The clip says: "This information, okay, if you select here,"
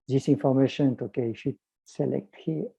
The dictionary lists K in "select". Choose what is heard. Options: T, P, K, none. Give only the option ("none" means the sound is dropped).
K